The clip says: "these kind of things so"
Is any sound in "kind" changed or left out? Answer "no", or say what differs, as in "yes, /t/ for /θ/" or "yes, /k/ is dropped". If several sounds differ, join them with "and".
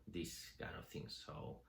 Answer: yes, /d/ is dropped